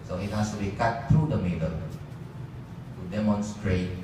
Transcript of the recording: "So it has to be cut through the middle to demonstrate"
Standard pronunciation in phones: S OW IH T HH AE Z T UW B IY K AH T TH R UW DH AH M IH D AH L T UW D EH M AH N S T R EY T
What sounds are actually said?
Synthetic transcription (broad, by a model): S OW IH T HH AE S T UW B IY K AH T T R UW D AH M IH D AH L T UW D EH M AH N S T R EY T